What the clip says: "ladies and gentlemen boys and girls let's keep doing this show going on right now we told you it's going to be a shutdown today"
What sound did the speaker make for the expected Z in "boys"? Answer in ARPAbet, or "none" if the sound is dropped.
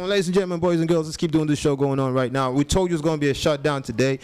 Z